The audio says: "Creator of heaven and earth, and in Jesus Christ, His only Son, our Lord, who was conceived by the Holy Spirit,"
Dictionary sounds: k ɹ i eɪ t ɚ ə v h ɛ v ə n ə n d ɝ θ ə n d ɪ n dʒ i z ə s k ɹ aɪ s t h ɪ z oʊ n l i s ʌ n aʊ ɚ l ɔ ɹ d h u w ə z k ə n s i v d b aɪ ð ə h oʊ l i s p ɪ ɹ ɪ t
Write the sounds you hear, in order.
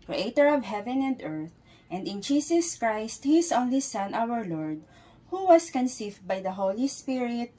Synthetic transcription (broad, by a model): k ɹ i eɪ t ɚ ə v h ɛ v ə n ə n d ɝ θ ə n d ɪ n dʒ i s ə s k ɹ aɪ s t h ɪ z oʊ n l i s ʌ n aʊ ɚ l ɔ ɹ d h u w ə s k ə n s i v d b aɪ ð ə h oʊ l i s p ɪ ɹ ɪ t